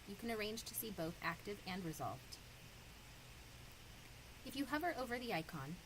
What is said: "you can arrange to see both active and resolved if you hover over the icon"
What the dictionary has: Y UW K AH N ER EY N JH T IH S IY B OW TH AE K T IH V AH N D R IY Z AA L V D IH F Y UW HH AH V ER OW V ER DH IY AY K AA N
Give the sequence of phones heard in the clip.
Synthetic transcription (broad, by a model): Y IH K AH N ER EY N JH T IH S IY B OW TH AE K T IH V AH N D R IY Z AA L V D IH F Y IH HH AH V ER OW V ER DH IY AY K AA N